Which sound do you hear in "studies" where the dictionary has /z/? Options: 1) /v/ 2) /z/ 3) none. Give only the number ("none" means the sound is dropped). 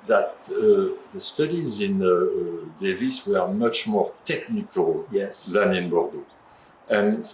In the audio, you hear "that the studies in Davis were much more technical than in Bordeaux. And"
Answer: 2